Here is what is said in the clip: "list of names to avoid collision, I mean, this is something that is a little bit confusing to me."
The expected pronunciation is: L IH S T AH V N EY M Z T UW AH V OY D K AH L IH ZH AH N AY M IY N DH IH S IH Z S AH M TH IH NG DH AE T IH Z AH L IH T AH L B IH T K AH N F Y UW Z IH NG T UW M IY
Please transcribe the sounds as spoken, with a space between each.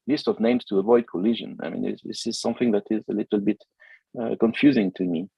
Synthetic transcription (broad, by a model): L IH S T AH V N EY M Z T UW AH V OY D K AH L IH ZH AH N AY M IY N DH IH S IH Z S AH M TH IH NG DH AE T IH Z AH L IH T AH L B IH T K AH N F Y UW Z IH NG T UW M IY